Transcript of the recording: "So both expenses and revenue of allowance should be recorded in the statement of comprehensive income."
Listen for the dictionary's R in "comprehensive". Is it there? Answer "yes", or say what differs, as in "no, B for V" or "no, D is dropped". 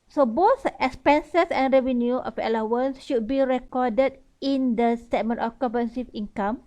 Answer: no, R is dropped